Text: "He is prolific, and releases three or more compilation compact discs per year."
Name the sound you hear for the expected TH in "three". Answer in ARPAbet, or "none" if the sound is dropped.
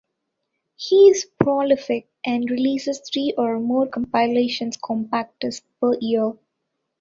T